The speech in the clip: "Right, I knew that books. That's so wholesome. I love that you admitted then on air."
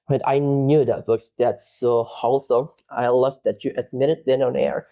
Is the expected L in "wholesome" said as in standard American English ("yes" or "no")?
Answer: yes